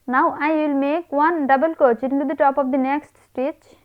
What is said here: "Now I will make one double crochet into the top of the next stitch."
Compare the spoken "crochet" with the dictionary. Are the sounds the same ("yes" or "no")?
no